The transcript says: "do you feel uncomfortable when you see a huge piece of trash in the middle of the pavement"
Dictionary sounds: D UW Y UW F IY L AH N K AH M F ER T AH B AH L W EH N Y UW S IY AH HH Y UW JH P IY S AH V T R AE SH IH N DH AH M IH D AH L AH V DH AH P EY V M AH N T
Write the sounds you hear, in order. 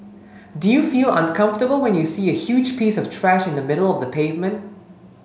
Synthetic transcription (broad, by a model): D UW Y UW F IY L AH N K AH M F T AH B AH L W EH N Y UW S IY AH HH Y UW JH P IY S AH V T R AE SH IH N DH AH M IH D AH L AH V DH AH P EY V M AH N T